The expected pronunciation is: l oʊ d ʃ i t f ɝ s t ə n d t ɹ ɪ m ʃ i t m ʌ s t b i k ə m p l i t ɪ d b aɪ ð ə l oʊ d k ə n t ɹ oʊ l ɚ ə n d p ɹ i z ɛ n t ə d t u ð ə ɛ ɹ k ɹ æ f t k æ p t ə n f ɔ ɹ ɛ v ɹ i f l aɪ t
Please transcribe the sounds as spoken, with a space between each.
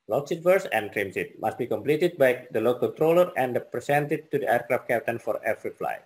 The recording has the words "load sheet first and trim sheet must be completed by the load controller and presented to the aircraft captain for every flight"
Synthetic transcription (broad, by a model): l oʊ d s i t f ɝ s ə n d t ɹ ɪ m s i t m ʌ s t b i k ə m p l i t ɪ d b aɪ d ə l oʊ k ə n t ɹ oʊ l ɚ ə n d p ɹ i s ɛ n t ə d t u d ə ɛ ɹ k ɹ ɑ f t k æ p t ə n f ɔ ɹ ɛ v ɹ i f l aɪ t